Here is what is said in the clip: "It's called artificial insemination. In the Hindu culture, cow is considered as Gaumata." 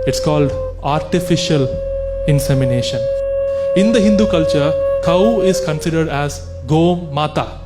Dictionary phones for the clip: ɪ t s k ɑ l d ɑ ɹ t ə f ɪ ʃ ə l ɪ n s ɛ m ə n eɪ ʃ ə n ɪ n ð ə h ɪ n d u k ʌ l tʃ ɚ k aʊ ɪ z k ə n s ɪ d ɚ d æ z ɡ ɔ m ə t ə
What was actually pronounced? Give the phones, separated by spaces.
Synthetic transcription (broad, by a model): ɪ t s k ɑ l d ɑ ɹ t ə f ɪ ʃ ə l ɪ n s ɛ m ə n eɪ ʃ ə n ɪ n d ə h ɪ n d u k ʌ l tʃ ɚ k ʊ ɪ z k ə n s ɪ d ɚ d æ z ɡ ɔ m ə t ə